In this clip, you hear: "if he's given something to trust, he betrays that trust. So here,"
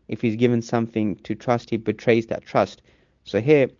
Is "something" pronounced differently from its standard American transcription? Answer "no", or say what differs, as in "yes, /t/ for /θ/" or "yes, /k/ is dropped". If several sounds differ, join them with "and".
no